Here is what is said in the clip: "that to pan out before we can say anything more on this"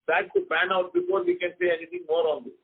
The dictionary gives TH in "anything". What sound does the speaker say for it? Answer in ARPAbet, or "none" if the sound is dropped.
T